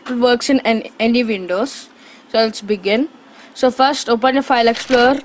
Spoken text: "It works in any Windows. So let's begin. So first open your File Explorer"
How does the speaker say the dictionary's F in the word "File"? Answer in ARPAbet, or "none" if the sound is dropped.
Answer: F